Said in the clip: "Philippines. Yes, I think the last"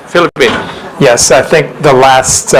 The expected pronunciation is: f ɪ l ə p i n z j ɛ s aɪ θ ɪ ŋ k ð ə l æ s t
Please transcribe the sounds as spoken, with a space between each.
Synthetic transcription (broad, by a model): f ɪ l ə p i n j ɛ s aɪ θ ɪ ŋ k ð ə l æ s t